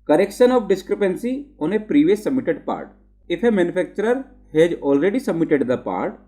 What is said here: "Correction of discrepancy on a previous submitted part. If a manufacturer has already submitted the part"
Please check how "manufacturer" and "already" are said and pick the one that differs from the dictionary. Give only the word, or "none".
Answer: manufacturer